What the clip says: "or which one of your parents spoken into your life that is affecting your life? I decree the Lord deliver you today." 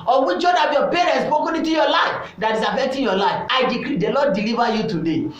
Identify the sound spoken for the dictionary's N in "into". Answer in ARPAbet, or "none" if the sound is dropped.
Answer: none